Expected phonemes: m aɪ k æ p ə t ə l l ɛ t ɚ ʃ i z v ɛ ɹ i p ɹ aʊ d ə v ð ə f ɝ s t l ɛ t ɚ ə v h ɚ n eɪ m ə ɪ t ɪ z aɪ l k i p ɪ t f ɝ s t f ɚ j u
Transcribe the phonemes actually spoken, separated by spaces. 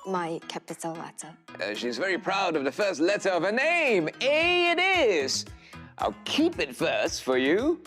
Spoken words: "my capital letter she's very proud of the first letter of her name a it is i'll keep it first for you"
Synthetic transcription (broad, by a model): m aɪ k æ p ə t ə l l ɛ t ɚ ʃ i z v ɛ ɹ i p ɹ aʊ d ə v ð ə f ɝ s t l ɛ t ɚ ə v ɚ n eɪ m ə ɪ t ɪ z aɪ l k i p ɪ t f ɝ s t f ɚ j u